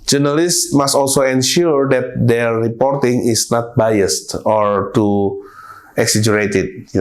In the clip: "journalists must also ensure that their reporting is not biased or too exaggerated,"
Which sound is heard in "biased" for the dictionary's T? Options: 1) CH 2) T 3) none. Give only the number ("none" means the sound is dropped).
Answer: 2